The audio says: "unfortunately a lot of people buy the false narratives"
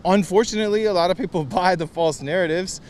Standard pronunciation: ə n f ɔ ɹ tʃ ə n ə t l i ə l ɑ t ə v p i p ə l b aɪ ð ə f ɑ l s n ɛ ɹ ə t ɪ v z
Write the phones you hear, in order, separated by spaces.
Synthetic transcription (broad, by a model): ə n f ɔ ɹ tʃ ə n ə t l i ə l ɑ t ə v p i p l b aɪ ð ə f ɑ l s n ɛ ɹ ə t ɪ v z